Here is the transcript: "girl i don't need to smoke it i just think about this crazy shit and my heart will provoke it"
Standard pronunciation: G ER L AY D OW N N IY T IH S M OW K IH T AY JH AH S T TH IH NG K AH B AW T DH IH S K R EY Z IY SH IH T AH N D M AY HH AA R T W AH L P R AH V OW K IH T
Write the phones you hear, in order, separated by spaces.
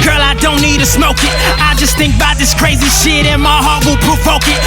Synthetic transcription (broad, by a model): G ER L AY D OW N N IY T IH S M OW K IH T AY JH AH S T TH IH NG K AH B AW T DH IH S K R EY Z IY SH IH T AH N M AY HH AA R T W AH L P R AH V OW K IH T